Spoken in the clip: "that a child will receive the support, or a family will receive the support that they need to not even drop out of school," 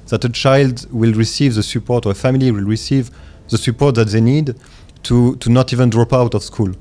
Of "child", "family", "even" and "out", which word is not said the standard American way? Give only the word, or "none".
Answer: none